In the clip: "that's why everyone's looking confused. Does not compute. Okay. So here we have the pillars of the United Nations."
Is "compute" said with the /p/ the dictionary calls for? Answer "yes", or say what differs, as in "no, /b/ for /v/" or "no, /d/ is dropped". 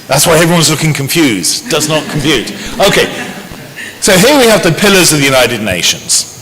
no, /f/ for /p/